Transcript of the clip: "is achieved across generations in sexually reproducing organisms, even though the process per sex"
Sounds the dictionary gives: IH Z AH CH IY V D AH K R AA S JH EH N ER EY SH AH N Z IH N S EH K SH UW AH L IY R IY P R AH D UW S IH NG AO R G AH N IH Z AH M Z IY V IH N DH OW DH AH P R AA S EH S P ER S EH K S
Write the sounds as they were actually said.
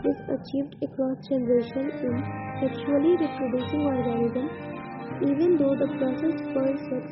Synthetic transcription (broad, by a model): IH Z AH CH IY V D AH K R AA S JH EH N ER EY SH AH N IH N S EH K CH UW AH L IY R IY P R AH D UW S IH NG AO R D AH L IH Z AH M IY V IH N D OW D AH P R AA S EH S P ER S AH